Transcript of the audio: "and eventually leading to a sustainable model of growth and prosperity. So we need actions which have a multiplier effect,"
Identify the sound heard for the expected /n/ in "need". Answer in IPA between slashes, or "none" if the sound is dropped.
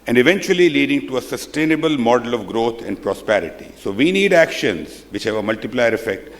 /n/